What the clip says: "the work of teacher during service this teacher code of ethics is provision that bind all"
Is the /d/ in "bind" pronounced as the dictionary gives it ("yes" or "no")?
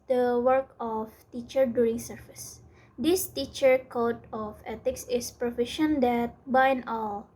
no